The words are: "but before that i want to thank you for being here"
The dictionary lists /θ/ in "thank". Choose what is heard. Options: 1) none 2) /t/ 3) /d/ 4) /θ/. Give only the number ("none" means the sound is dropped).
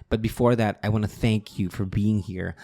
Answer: 4